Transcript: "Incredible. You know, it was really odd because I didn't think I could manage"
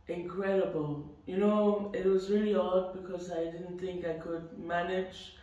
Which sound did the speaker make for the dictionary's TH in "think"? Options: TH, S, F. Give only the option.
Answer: TH